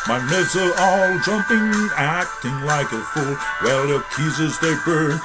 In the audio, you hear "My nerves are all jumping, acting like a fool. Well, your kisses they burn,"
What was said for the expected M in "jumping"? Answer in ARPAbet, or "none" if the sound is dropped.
M